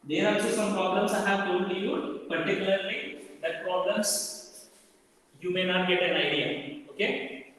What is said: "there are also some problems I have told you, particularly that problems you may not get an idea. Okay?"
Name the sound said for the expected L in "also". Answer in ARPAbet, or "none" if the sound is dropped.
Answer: none